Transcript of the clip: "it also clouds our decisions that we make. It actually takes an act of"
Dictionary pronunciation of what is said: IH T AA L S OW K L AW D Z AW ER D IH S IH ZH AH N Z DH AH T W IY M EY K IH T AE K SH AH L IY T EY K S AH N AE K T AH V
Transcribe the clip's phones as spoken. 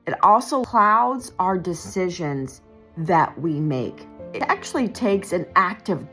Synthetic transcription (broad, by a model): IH T AA L S OW K L AW D Z AW ER D IH S IH ZH AH N Z DH AH T W IY M EY K IH T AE K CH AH L IY T EY K S AH N AE K T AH V